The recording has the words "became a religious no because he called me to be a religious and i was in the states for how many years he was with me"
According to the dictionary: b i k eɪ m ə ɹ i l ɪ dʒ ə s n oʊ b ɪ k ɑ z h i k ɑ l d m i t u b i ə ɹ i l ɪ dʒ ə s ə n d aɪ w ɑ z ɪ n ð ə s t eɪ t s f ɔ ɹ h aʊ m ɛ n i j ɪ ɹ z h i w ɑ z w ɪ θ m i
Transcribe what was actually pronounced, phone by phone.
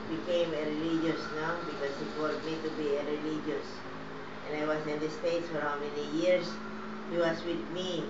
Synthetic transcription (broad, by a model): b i k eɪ m ə ɹ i l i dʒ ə s n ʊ b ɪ k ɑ s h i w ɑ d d m i t u b i ə ɹ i l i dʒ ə s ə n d aɪ w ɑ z ɪ n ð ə s t eɪ t s f ɔ ɹ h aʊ m ɛ n i j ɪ ɹ s h i w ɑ s w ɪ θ m i